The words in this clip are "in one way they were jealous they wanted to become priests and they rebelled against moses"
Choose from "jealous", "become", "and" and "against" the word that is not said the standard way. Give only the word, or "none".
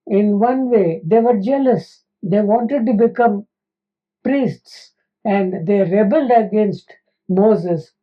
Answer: none